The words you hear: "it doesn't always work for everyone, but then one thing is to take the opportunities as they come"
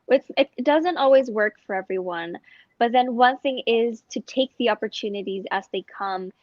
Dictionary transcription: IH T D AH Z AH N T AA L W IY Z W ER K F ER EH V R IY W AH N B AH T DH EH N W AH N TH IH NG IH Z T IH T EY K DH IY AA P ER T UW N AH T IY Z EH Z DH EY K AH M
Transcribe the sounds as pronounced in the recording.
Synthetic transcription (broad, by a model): IH T D AH Z AH N T AA L W IY Z W ER K F ER EH V R IY W AH N B AH T DH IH N W AH N TH IH NG IH Z T IH T EY K DH IY AA P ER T UW N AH T IY Z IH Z DH EY K AH M